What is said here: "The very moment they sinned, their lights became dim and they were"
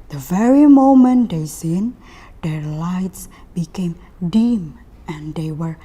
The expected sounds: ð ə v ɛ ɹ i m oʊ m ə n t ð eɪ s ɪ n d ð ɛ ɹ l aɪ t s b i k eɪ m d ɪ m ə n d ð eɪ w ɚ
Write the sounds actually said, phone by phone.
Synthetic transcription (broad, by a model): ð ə v ɛ ɹ i m oʊ m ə n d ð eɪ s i n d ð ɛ ɹ l aɪ t s b i k eɪ m d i m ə n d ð eɪ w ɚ